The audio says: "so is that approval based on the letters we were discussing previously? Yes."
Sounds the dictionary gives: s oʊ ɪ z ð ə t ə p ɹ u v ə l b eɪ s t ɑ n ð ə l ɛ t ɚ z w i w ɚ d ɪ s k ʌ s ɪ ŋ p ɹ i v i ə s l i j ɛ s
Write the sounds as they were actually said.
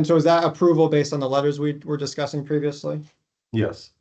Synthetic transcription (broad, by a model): s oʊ ɪ z ð ə t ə p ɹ u v l b eɪ s t n ð ə l ɛ t ɚ z w i w ɚ d ɪ s k ʌ s ɪ ŋ p ɹ i v i ə s l i j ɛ s